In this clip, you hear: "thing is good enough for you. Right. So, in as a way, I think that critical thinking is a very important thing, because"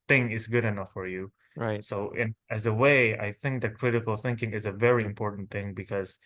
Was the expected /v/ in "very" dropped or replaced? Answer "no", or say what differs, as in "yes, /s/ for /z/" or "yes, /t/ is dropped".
no